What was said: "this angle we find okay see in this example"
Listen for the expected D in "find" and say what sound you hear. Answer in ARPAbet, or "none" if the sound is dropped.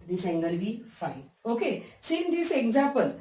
none